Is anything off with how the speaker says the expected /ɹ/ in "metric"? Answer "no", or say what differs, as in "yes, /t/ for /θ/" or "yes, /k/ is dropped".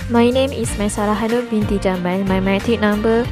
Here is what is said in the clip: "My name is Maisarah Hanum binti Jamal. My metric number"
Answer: yes, /ɹ/ is dropped